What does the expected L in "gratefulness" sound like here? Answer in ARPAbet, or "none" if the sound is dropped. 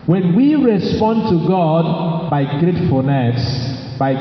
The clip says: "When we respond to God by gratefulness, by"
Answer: none